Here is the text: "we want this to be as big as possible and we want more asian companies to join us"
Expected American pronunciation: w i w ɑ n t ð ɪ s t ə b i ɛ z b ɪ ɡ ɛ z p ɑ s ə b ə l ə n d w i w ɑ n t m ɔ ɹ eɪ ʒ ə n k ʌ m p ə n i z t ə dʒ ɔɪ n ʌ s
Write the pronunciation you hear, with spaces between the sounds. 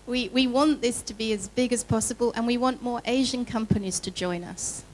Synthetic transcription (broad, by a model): w i w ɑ n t ð ɪ s t ə b i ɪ z b ɪ ɡ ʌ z p ɑ s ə b ə l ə n w i w ɑ n m ɔ ɹ eɪ ʒ ə n k ʌ m p ə n i z t ə dʒ ɔɪ n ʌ s